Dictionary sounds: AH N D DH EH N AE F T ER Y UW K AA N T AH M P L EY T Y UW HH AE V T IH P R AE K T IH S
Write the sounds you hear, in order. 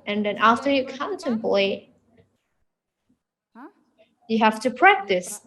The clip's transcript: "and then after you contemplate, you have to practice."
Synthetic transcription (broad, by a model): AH N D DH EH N AE F T ER Y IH K AA N T AH M P L EY T Y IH HH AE F T IH P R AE K T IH S